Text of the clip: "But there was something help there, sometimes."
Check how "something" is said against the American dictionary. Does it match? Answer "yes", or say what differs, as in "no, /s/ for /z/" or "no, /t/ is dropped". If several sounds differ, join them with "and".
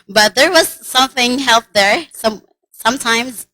yes